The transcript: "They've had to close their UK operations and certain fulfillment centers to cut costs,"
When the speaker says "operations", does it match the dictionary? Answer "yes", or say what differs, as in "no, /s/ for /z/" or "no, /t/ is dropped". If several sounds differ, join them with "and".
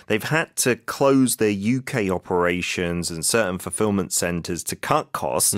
yes